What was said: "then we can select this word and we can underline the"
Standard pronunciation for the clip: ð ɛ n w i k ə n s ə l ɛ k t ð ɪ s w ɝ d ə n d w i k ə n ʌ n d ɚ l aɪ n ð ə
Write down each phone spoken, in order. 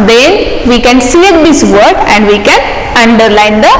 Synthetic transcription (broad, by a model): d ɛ n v i k ə n s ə ɛ t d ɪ s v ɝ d ə n d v i k ə n ʌ n d ɚ l aɪ n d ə